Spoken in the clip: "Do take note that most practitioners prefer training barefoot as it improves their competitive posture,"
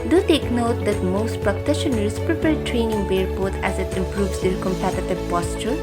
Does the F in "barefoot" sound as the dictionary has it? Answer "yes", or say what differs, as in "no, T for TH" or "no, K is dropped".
no, P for F